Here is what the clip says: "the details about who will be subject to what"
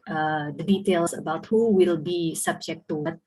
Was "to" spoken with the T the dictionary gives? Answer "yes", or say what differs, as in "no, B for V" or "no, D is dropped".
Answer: yes